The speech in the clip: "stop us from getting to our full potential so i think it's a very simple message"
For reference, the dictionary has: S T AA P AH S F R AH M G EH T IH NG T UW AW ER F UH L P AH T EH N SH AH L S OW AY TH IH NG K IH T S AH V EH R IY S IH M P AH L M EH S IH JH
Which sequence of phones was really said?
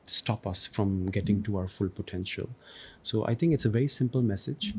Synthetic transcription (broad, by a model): S T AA P AH S F R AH M G EH T IH NG T UW AW ER F UH L P AH T EH N SH AH L S OW AY T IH NG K IH T S AH V EH R IY S IH M P AH L M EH S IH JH